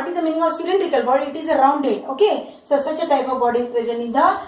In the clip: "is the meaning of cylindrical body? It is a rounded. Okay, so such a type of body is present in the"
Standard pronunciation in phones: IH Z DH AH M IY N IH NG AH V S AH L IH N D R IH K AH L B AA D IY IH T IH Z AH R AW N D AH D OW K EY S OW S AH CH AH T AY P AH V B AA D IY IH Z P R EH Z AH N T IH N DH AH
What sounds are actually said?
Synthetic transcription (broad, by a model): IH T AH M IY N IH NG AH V S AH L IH N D R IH K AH L B AA D IY IH T IH Z AH R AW N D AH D OW K EY S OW S AH CH AH T AY P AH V B AA D IY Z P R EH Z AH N IH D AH